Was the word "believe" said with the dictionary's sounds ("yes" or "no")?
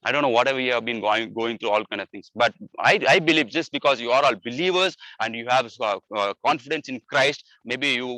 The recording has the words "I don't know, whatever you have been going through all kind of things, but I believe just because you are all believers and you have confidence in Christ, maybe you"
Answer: yes